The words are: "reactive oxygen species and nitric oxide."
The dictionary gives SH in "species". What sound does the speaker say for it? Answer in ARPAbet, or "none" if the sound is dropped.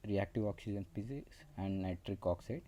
S